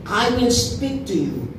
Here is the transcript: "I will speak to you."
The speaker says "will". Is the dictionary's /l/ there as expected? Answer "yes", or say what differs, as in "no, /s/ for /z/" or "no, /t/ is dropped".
no, /n/ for /l/